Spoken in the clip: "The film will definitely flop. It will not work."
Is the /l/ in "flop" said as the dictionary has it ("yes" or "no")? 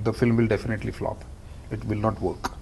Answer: yes